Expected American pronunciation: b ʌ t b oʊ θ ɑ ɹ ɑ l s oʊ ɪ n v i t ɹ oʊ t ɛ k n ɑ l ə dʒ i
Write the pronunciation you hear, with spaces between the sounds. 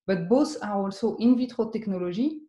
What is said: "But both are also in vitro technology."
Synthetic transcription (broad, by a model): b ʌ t b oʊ s ɑ ɹ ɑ l s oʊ ɪ n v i t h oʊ t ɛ k n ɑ l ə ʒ i